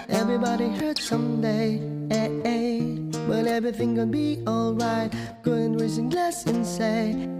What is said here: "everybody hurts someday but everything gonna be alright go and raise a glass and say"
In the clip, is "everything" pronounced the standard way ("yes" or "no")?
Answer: yes